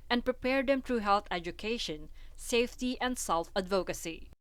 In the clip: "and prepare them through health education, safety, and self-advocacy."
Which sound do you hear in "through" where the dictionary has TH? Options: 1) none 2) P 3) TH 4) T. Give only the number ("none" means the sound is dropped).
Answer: 4